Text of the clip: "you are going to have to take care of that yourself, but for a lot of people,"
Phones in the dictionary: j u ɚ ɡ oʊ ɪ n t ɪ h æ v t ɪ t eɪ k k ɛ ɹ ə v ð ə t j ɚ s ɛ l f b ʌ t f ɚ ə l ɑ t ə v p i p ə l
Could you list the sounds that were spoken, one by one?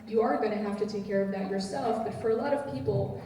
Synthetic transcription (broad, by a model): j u ɚ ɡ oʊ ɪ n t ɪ h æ f t ɪ t eɪ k k ɛ ɹ ə v ð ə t j ɚ s ɛ l f b ʌ t f ɚ ə l ɑ t ə v p i p l